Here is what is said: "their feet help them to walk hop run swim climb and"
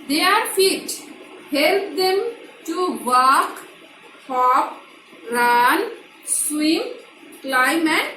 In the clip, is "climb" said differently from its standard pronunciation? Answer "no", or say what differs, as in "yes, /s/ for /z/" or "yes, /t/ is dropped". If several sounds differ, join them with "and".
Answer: no